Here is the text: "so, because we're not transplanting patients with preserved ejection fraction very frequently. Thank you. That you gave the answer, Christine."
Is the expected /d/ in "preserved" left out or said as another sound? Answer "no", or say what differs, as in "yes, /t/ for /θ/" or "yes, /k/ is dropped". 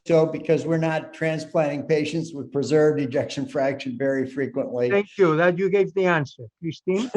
no